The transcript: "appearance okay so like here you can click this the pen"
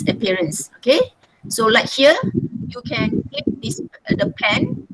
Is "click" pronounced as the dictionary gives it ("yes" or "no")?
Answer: no